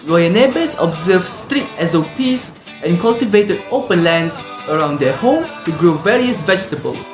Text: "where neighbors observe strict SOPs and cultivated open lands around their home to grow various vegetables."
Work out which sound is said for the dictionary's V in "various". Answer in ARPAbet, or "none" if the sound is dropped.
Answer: V